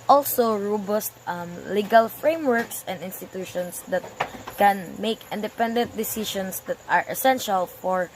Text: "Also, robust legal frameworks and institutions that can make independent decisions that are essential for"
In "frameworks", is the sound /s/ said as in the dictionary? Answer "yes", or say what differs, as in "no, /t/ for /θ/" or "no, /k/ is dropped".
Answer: yes